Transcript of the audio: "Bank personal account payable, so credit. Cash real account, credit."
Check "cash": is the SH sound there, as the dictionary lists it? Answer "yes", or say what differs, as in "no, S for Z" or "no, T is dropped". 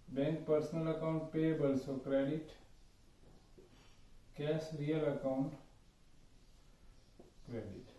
no, S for SH